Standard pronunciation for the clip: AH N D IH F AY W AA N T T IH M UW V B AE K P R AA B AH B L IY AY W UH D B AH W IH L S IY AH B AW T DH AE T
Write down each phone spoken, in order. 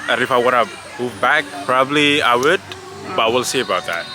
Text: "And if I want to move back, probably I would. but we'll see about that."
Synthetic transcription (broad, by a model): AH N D IH F AY W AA T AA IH M UW V B AE K P R AA B AH B L IY AY W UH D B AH W IH L S IY AH B AW T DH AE T